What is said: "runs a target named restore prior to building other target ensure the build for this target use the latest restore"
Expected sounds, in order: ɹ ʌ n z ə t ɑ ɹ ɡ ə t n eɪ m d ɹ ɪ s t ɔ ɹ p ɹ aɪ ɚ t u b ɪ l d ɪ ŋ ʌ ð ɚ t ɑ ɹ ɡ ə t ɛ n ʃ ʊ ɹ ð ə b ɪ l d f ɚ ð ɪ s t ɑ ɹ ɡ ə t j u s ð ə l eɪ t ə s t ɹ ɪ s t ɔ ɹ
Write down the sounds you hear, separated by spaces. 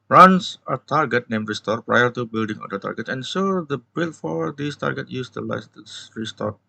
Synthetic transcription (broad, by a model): ɹ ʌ n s ə t ɑ ɹ ɡ ə t n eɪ m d ɹ ɪ s t ɔ ɹ p ɹ aɪ ɚ t u b ɪ l d ɪ ŋ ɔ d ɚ t ɑ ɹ ɡ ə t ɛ n s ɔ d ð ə b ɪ l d f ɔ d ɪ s t ɑ ɹ ɡ ə t j u s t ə l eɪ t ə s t ɹ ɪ s t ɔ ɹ